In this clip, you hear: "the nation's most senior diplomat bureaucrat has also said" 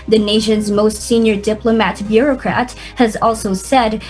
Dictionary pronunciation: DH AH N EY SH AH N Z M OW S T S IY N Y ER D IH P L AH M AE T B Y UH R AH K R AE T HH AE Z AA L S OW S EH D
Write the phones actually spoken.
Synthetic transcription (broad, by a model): DH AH N EY SH AH N Z M OW S T S IY N Y ER D IH P L AH M AE T B Y UH R AH K R AE T HH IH Z AA L S OW S EH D